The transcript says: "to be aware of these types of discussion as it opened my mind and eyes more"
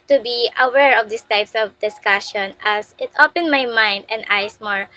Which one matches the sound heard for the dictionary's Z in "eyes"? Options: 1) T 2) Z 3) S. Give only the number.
3